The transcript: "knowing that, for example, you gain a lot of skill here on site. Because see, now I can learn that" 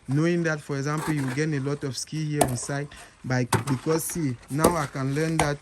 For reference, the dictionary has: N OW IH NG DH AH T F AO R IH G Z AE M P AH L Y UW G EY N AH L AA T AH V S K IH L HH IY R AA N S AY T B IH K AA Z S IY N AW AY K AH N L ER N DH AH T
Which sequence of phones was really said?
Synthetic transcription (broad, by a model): N OW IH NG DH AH T F AO R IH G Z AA M P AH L Y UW G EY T AH L AA T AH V S K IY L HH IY AA N S AY T B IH K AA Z S IY N AW AY K AH N L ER N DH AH T